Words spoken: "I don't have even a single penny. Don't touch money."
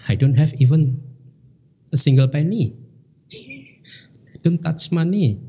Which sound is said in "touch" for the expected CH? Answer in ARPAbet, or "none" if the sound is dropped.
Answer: S